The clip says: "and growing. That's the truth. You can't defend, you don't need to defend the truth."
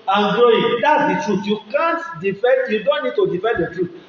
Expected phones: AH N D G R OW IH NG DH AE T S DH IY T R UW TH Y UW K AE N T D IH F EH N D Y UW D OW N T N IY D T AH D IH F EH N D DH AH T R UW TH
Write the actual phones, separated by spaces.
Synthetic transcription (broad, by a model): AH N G OW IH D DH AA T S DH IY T R UW Y UW K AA N T D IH F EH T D Y UW D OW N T N IY D T AH D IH F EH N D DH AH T R UW